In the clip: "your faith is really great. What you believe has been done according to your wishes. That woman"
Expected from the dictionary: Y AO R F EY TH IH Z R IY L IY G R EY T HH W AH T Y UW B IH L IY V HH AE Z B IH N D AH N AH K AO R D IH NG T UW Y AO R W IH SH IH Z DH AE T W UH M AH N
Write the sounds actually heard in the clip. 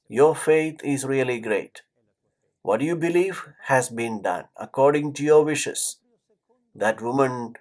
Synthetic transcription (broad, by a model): Y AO R F EY T IH Z R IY L IY G R EY T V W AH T Y UW B IH L IY V HH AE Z B IH N D AH N AH K AO R D IH NG T UW Y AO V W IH SH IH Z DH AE T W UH M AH N